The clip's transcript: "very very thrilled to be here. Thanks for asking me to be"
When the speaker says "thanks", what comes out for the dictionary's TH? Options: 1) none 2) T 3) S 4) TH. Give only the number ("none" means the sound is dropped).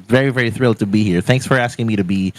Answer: 4